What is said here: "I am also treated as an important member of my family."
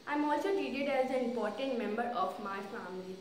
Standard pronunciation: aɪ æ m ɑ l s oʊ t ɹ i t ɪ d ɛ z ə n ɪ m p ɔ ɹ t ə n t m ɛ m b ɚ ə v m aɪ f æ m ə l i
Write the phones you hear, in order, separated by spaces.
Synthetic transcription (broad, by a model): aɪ m ɑ l s oʊ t i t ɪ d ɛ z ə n ɪ m p ɔ ɹ t ə n t m ɛ m b ɚ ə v m aɪ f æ m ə l i